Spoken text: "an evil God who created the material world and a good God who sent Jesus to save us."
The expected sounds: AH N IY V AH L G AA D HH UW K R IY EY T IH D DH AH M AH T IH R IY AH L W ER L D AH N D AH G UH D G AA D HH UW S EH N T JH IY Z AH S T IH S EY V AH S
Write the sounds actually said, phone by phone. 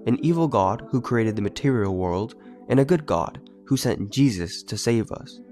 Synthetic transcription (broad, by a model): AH N IY V L G AA D HH UW K R IY EY T IH D DH AH M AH T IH R IY L W ER L D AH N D AH G UH D G AA D HH UW S EH N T JH IY Z AH S T IH S EY V AH S